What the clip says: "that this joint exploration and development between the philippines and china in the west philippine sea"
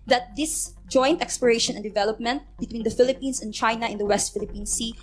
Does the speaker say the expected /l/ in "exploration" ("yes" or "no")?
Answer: no